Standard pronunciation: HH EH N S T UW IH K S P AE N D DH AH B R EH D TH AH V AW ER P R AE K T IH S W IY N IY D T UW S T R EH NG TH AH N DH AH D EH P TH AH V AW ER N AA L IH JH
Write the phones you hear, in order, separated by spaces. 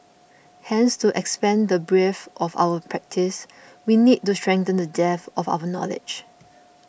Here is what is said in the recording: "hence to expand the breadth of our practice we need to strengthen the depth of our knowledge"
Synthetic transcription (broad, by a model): HH EH N S T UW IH K S P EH N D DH AH B R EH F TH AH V AW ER P R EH K T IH S W IY N IY D T UW S T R EH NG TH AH N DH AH D EH TH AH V AW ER N AA L IH JH